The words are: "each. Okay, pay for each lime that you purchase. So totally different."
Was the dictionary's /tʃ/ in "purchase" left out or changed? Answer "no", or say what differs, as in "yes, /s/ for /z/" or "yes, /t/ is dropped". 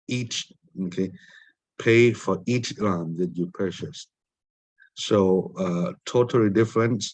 yes, /ʃ/ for /tʃ/